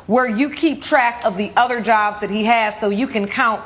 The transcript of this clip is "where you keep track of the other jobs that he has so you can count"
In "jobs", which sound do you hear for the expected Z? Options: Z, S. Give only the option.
Z